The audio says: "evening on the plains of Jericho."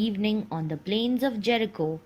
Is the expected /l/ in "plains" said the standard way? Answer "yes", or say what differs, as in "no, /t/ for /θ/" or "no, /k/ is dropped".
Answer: yes